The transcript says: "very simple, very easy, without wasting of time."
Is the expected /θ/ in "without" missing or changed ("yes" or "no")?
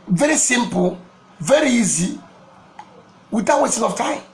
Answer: yes